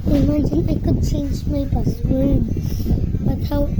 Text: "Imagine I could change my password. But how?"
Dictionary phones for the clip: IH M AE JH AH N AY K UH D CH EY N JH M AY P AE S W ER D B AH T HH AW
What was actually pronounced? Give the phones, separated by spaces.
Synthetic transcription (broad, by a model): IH M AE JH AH N AY K UH D CH EY N JH M AY B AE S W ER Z B AH T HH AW